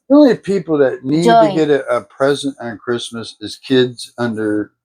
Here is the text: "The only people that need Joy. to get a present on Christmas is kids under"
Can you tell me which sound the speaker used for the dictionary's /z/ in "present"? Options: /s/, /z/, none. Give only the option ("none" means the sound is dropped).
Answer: /z/